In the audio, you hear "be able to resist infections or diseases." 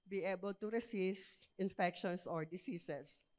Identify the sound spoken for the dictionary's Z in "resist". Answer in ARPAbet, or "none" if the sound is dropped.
S